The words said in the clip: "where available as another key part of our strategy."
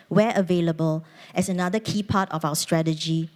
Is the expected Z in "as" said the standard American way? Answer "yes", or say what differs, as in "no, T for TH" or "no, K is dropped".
no, S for Z